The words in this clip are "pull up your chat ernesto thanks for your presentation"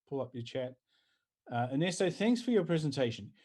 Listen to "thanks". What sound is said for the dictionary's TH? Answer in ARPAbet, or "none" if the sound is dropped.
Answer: TH